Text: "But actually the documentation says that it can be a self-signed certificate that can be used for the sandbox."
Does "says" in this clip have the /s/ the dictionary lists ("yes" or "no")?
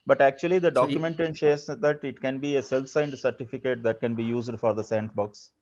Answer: no